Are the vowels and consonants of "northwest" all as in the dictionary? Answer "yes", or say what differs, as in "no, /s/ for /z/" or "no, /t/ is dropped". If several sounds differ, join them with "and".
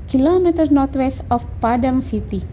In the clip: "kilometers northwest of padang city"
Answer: no, /t/ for /θ/